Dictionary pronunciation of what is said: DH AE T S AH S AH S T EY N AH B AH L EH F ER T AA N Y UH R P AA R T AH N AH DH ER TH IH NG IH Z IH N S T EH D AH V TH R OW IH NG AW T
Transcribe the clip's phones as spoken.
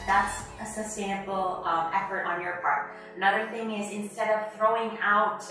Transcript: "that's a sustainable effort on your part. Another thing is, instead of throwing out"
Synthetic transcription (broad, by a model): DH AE T S AH S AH S T EY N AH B L EH F ER T N Y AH R P AA R T AH N AH DH ER TH IH NG IH Z IH N S T EH D AH V TH R OW IH NG AW T